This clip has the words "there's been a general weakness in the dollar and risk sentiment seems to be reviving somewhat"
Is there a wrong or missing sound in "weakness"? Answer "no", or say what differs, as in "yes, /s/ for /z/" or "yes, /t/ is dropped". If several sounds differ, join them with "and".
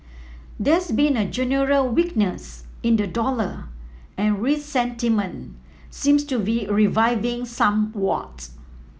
no